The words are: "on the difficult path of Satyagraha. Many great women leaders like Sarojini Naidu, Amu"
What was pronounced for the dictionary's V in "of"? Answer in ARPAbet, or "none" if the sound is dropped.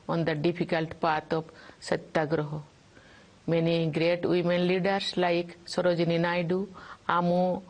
P